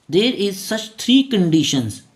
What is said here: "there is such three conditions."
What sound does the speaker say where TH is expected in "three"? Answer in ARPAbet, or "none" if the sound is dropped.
T